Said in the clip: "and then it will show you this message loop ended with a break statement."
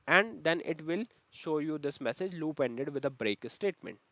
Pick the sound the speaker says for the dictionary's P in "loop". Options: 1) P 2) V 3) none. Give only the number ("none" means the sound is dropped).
1